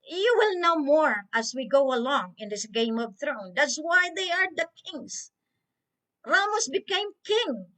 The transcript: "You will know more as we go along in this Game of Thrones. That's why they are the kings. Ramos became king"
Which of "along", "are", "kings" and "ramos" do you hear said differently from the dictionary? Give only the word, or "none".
kings